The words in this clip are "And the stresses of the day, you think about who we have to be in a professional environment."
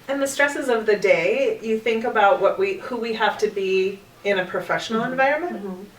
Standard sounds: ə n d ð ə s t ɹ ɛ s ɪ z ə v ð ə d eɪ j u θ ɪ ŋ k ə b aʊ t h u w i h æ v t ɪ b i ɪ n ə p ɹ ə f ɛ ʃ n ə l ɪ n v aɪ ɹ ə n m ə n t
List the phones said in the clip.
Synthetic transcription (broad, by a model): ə n ð ə s t ɹ ɛ s ɪ z ə v ð ə d eɪ j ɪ θ ɪ ŋ k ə b aʊ t h u w i h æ f t ɪ b i ɪ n ə p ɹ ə f ɛ ʃ n l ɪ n v aɪ ɹ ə n m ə n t